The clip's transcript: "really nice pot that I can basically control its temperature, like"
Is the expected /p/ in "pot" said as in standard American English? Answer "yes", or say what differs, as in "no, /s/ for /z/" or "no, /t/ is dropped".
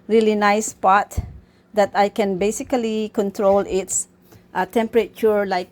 yes